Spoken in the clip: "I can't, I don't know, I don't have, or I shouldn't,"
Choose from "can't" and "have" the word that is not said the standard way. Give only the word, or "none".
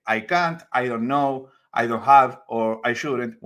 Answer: none